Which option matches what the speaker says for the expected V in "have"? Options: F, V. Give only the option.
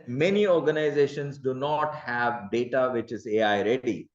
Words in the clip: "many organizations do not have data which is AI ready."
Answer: V